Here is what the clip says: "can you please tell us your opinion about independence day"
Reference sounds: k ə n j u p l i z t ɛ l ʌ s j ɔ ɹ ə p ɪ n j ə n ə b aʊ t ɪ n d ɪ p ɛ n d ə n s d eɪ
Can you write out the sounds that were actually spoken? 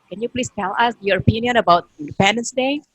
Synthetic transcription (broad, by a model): k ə n j u p l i s t ɛ l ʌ s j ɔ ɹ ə p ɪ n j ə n ə b aʊ t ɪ n d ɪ p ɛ n d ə n s d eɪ